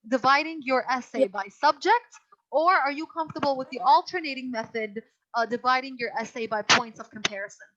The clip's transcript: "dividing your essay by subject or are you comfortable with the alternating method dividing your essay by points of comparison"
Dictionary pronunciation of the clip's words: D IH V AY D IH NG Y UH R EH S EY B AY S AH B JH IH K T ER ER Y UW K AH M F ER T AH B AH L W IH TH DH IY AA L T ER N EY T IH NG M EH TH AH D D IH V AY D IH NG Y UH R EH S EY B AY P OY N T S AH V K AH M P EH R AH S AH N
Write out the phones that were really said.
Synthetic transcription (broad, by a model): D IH V AY D IH NG Y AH R EH S EY B AY S AH B JH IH K T ER ER Y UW K AH M F T AH B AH L W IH DH IY AA L T ER N EY T IH NG M EH TH AH D D IH V AY D IH NG Y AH R EH S EY B AY P OY N T S AH V K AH M P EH R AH S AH N